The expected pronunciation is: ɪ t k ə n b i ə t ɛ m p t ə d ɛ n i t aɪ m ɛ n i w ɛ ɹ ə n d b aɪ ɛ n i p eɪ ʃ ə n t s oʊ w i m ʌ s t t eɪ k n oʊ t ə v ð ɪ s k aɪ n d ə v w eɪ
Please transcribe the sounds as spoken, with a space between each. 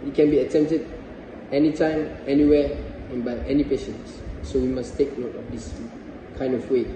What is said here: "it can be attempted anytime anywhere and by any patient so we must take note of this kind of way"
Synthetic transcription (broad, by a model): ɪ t k ə n b i ə t ɛ m p t ə d ɛ n i t aɪ m ɛ n i w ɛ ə n b aɪ ɛ n i p eɪ ʃ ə n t s oʊ w i m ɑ s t t eɪ k n oʊ t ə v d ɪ s k aɪ n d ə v w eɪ